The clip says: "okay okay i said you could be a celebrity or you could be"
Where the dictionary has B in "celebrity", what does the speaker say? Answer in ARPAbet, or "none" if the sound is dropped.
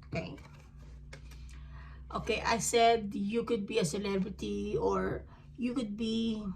B